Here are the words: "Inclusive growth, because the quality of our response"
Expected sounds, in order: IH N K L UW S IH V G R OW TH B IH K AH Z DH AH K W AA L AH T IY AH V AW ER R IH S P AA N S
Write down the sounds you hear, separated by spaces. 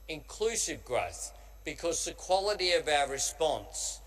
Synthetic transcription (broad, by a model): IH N K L UW S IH V G R OW TH B IH K AH Z DH AH K W AA L AH T IY AH V AW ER R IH S P AA N S